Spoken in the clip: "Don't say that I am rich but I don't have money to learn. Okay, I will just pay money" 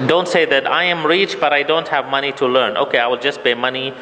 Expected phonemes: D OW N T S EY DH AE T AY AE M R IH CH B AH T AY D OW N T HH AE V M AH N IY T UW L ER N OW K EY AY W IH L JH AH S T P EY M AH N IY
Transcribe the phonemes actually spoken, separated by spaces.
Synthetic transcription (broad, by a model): D OW N T S EY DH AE T AY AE M R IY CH B AH T AY D OW N T HH AE V M AH N IY T UW L ER N OW K EY AY W IH L JH AH S T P EY M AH N IY